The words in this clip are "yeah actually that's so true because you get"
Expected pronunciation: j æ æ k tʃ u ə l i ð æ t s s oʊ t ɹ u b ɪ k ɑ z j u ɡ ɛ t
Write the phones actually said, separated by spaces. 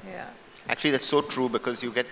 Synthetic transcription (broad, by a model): j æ æ k tʃ u ə l i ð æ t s s oʊ t ɹ u b ɪ k ɑ z j u ɡ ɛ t